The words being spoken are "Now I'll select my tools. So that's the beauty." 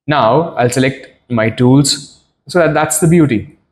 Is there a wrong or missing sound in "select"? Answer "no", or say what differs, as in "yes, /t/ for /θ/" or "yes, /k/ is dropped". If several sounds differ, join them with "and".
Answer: no